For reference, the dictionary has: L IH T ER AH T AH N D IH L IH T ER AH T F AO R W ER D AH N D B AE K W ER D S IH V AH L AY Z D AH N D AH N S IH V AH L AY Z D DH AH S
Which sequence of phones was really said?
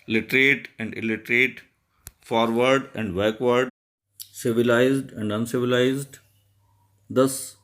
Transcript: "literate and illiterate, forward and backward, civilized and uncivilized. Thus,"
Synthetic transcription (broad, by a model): L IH T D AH T AH N D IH L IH T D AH T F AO R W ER D AH N D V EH K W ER D S IH V AH L AY Z D AH N D AH N S IH V AH L AY Z D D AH S